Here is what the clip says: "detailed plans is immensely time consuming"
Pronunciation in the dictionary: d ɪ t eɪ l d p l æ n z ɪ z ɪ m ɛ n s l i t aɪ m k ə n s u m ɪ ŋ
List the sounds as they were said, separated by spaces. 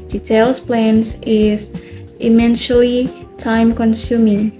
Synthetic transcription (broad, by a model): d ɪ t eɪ l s p l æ n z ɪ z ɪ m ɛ n ʃ l i t aɪ m k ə n s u m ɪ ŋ